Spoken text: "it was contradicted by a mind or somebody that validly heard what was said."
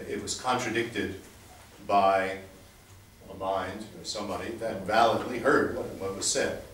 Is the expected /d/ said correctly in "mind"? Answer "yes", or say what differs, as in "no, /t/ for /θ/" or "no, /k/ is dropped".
yes